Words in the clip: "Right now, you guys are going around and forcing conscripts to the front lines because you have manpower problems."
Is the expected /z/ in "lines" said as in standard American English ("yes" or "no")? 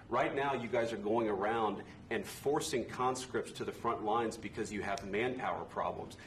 yes